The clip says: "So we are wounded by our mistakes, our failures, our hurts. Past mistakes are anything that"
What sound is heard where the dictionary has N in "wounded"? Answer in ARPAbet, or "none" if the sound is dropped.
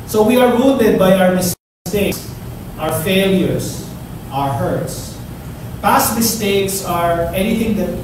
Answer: L